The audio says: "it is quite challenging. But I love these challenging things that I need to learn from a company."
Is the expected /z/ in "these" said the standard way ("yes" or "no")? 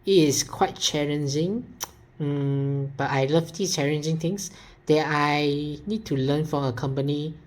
no